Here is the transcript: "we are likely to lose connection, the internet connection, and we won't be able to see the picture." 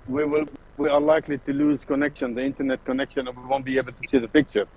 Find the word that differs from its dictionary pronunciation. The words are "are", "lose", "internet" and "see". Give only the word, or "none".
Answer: are